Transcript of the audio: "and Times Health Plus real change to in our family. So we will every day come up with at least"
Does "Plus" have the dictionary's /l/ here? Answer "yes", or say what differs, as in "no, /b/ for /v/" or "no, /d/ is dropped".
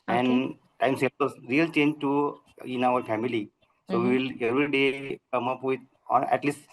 no, /l/ is dropped